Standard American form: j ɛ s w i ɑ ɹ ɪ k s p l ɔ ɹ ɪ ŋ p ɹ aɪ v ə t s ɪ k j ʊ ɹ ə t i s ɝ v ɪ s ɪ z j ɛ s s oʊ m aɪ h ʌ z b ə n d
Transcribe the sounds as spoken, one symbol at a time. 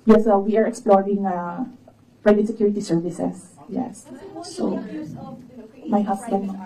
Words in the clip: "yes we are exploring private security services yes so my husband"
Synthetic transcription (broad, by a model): j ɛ s w i ɑ ɹ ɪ k s p l ɔ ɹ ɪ ŋ p ɹ aɪ v ə t s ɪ k j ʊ ɹ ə t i s ɝ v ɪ s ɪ s j ɛ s s oʊ m aɪ h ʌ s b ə n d